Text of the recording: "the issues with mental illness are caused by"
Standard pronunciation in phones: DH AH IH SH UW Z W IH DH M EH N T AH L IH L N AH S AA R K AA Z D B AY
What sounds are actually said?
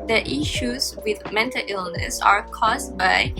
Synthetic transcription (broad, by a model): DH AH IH SH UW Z W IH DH M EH N T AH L IH L N AH S AA R K AA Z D B AY